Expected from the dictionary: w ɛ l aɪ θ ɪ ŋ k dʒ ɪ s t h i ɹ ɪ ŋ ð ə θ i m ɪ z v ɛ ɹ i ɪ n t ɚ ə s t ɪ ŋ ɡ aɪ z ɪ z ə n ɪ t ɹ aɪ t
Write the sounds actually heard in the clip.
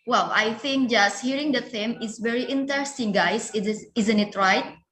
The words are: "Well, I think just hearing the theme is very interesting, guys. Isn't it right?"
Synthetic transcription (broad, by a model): w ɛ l aɪ θ ɪ ŋ k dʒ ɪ s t h i ɹ ɪ ŋ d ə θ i m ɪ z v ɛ ɹ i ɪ n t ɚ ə s t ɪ ŋ ɡ aɪ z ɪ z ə n ɪ t ɹ aɪ t